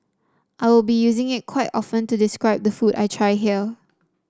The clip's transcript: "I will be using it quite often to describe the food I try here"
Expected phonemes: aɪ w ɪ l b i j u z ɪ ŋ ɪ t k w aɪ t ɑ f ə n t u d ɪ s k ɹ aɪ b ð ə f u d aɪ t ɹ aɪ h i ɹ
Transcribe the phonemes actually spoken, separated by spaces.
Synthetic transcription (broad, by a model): aɪ w ɪ l b i j u z ɪ ŋ ɪ t k w aɪ t ɑ f ə n t u d ɪ s k ɹ aɪ b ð ə f u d aɪ t ɹ aɪ h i l